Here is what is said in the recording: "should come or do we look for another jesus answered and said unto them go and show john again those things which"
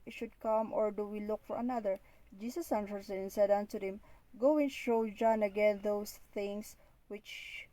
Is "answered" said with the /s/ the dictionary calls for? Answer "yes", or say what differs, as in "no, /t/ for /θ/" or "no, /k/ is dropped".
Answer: no, /s/ is dropped